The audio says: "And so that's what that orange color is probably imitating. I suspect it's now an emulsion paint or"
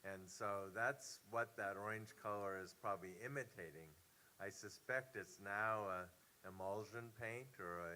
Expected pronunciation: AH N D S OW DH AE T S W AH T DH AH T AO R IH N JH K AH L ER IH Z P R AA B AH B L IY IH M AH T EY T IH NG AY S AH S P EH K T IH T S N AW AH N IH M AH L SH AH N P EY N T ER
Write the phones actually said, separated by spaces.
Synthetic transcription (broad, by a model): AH N S OW DH AE T S W AH T DH AH T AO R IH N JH K AH L ER IH Z P R AA B AH B L IY IH M AH T EY T IH NG AY S AH S P EH K T IH T S N AW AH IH M AH L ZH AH N P EY N T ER